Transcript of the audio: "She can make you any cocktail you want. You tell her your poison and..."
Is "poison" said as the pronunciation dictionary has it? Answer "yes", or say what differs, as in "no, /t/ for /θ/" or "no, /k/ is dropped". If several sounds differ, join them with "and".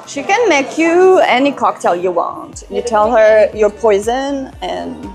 yes